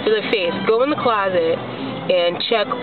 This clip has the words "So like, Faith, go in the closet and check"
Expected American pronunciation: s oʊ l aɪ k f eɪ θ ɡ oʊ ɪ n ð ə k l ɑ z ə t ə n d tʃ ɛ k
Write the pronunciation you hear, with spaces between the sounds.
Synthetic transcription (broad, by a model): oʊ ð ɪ f eɪ s ɡ oʊ ɪ n ð ə k l ɑ z ə t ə n tʃ ɛ k